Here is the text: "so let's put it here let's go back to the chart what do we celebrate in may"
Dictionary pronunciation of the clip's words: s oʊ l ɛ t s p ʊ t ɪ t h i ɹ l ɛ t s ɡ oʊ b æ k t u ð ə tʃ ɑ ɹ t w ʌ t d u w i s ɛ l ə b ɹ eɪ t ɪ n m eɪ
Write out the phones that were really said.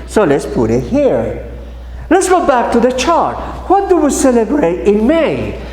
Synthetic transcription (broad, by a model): s oʊ l ɛ t s p ʊ t ɪ t h i ɹ l ɛ t s ɡ oʊ b æ k t u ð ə tʃ ɑ ɹ t w ʌ t d u w i s ɛ l ə b ɹ eɪ t ɪ n m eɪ